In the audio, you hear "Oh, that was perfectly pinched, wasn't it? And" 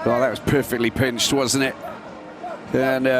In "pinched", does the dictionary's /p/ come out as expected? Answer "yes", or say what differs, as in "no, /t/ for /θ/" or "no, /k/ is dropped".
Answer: yes